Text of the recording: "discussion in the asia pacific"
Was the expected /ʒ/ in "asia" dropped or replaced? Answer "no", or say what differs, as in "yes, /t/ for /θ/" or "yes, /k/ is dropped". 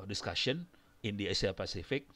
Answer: yes, /s/ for /ʒ/